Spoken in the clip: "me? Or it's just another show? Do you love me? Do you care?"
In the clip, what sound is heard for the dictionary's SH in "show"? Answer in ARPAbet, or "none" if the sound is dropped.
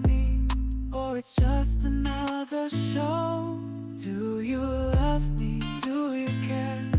SH